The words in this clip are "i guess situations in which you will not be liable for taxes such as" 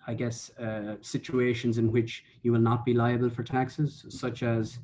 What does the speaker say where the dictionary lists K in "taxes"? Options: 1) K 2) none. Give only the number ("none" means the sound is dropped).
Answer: 1